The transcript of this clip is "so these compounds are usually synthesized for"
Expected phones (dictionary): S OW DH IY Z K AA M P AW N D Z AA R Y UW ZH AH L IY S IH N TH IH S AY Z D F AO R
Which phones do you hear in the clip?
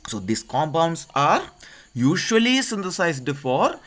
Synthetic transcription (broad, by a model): S OW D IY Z K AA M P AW N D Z AA R Y UW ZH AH L IY S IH N T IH S AY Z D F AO R